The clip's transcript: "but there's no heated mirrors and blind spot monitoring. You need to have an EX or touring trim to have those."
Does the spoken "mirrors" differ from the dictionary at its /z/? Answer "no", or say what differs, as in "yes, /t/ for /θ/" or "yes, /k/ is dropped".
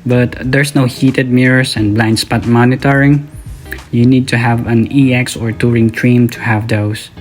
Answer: yes, /s/ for /z/